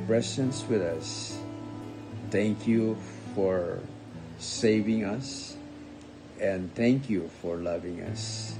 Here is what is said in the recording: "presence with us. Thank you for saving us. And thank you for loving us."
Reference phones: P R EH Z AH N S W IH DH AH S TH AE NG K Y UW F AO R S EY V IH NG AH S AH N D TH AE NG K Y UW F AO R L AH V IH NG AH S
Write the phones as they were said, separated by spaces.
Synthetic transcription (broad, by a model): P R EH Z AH N S W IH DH AH S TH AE NG K Y UW F AO R S EY V IH NG AH S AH N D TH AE NG K Y UW F AO R L AH V IH NG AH S